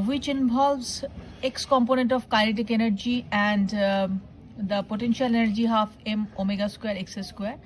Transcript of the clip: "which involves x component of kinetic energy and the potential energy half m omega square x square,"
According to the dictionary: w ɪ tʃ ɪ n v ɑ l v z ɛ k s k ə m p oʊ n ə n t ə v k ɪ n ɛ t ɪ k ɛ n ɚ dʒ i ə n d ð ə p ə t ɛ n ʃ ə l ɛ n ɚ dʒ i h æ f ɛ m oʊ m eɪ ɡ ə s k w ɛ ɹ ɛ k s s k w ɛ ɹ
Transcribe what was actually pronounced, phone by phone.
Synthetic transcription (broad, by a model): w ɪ tʃ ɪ n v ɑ l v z ɛ k s k ə m p oʊ n ə n t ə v k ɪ l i t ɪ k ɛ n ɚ dʒ i ə n d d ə p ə t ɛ n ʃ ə l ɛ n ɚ dʒ i h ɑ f ɛ m oʊ m eɪ ɡ ə s k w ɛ ɹ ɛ k s s k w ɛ ɹ